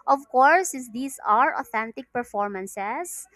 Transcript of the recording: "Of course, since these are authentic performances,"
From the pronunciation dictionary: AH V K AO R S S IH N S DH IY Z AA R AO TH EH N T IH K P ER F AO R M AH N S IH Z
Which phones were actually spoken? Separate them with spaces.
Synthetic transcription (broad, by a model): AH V K AO R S S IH S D IY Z AA R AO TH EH N T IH K P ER F AO R M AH N S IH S